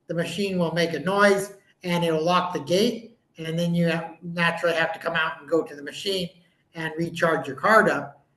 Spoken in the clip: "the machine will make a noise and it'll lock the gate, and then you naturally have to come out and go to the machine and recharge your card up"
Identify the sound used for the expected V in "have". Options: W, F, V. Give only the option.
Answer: F